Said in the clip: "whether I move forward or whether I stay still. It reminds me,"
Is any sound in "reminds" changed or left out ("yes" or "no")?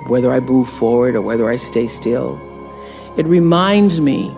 no